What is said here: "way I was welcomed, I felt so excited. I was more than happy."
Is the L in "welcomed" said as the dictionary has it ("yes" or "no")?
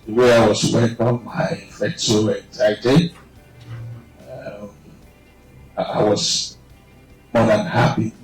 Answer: no